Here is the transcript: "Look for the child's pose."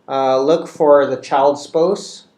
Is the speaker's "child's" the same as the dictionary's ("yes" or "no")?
no